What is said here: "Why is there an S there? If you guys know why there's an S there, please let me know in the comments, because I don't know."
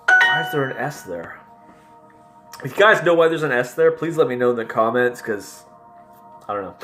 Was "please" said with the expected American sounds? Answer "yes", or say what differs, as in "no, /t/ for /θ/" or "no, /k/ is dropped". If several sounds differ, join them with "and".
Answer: yes